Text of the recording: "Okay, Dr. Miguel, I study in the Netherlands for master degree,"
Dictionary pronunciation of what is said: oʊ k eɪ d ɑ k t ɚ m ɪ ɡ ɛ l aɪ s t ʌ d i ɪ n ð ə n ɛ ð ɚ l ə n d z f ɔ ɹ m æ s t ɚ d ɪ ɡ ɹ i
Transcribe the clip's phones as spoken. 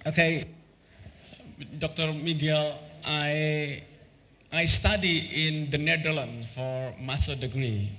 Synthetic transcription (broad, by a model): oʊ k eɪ d ɑ k t ɚ m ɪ ɡ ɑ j aɪ s t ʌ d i ɪ n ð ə n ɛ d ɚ l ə n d f ɔ ɹ m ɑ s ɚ d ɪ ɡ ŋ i